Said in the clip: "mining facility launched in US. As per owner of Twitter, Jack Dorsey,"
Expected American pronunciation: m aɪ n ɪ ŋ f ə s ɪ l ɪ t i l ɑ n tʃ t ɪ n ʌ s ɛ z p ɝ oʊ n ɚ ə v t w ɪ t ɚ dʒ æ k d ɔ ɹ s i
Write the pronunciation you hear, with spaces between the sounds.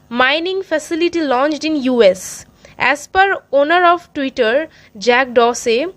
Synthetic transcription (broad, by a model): m aɪ n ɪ ŋ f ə s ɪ l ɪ t i l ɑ n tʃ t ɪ n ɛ s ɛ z p ɝ oʊ n ɚ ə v t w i t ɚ dʒ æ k d ɔ s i